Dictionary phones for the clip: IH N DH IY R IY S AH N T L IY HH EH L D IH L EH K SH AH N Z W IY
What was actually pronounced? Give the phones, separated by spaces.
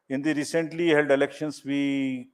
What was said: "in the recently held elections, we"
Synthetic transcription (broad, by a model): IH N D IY R IY S AH N T L IY HH EH L D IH L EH K SH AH N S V IY